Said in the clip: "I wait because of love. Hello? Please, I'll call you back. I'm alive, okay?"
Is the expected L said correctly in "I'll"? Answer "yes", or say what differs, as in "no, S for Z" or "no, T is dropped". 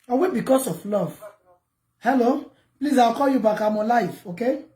no, W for L